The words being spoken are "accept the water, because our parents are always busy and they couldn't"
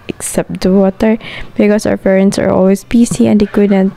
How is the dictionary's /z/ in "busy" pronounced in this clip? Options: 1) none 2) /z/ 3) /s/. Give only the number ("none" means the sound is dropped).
3